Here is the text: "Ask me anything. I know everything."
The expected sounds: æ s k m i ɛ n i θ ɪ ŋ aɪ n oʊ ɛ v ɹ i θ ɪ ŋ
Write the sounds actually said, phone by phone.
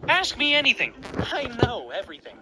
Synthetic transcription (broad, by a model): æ s k m i ɛ n i θ ɪ ŋ aɪ n oʊ ɛ v ɹ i θ ɪ ŋ